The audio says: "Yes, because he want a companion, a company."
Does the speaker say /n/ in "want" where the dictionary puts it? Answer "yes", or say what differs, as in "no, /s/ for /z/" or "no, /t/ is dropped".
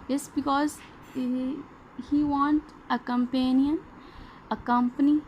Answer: yes